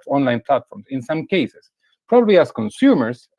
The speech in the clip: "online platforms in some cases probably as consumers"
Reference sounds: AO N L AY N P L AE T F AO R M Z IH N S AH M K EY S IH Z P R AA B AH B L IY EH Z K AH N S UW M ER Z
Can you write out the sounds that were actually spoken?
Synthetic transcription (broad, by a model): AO N L AY N P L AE T F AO R M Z IH N S AH M K EY S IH S P R AA B AH B L IY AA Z K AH N S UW M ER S